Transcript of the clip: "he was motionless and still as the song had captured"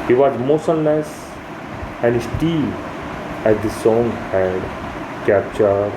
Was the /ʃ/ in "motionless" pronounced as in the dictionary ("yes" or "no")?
no